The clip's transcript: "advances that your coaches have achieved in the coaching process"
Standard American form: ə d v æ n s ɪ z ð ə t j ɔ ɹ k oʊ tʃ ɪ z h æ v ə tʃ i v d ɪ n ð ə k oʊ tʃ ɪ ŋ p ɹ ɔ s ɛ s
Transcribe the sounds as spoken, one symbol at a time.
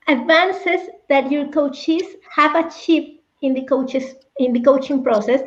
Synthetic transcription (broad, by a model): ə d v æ n s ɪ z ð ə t j ɔ ɹ k oʊ tʃ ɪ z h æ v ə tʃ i p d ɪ n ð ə k oʊ tʃ ɪ ŋ p ɹ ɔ s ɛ s